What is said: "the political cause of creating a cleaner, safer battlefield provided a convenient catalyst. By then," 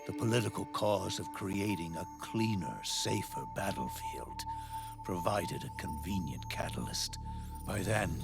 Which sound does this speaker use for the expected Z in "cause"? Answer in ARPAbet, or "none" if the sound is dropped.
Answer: Z